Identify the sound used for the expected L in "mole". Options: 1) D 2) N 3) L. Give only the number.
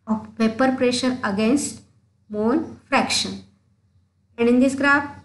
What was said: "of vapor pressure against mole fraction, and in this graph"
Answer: 2